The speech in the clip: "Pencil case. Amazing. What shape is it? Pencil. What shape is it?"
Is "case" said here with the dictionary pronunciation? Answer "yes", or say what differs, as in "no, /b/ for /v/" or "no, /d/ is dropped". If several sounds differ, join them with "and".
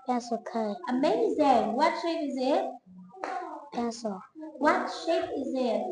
no, /s/ is dropped